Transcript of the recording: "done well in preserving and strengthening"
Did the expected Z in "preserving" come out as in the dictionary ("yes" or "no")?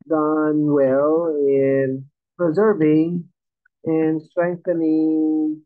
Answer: yes